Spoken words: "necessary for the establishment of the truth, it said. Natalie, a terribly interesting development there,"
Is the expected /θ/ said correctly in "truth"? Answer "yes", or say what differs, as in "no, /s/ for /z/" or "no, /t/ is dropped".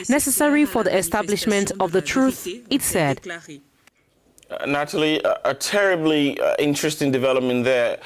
yes